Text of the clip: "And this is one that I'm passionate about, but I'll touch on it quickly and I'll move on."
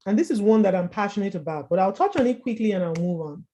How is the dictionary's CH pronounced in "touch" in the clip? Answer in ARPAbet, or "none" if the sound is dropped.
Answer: CH